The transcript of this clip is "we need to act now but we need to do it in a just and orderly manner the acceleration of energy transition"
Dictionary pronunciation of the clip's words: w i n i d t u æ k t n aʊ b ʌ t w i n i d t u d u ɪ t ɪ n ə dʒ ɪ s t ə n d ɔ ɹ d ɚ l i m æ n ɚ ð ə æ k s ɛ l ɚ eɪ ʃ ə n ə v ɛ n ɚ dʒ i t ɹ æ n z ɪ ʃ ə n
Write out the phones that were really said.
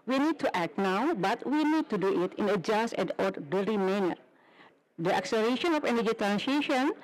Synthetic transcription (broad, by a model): w i n i d t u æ k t n aʊ b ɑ t w i n i d t u d u ɪ t ɪ n ə dʒ ɪ s t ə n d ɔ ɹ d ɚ i m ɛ n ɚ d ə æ k s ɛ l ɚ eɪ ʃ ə n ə f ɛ n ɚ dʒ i t ɹ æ n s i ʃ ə n